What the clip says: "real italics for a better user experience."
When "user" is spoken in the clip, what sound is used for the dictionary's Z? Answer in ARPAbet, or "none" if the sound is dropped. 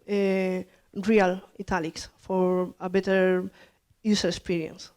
S